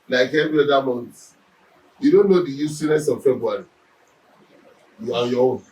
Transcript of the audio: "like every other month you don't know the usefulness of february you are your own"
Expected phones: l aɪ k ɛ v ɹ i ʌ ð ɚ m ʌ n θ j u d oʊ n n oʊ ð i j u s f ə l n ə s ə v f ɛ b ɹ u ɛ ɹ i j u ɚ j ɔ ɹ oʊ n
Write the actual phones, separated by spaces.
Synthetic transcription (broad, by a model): l aɪ k ɛ v ɹ i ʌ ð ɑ m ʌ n t j u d oʊ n n oʊ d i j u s ə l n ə s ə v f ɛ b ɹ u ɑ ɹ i j u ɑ j ɔ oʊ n